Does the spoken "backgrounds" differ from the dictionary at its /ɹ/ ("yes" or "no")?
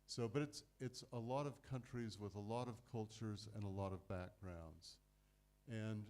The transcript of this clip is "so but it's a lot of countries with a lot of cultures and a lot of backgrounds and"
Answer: no